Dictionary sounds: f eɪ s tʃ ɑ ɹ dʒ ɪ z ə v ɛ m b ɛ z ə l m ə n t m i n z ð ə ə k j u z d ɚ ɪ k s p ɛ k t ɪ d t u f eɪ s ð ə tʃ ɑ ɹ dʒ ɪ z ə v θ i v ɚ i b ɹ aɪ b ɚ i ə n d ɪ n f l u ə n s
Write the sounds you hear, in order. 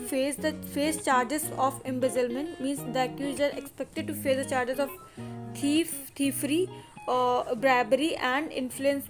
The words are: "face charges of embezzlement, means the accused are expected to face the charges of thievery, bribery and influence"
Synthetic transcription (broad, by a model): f eɪ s tʃ ɑ ɹ dʒ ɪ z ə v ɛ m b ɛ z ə l m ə n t m i n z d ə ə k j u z ɚ ɪ k s p ɛ k t ɪ d t u f eɪ s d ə tʃ ɑ ɹ dʒ ɪ z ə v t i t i i b ɹ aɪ b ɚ i ə n d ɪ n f l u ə n s